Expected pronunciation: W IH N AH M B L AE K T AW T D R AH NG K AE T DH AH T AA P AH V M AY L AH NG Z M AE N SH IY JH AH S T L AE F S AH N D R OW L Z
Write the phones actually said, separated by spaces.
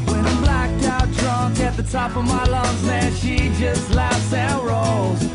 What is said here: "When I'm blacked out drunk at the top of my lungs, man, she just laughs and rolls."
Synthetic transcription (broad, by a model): W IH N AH B L AE K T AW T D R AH NG K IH T DH AH T AA P AH V M AY L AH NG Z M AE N SH IY JH AH S T L AE F S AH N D R OW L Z